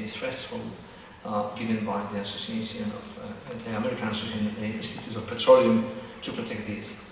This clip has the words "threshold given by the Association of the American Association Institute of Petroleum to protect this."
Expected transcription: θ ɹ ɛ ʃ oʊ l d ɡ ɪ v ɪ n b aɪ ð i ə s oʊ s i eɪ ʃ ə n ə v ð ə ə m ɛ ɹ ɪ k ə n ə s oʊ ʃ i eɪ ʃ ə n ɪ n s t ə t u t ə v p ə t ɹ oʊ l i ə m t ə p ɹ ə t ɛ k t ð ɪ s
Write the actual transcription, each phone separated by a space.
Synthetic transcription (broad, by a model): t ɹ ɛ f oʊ l ɡ ɪ v ɪ n b aɪ ð i ə s oʊ s i eɪ ʃ ə n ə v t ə ə m ɛ ɹ ɪ k ə n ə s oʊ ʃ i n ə ɪ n s t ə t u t ə v p ə t ɹ oʊ l i ə m t ə p ɹ ə t ɛ k t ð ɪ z